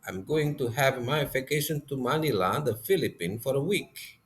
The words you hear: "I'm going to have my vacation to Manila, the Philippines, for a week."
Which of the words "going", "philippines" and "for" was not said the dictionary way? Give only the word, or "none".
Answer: philippines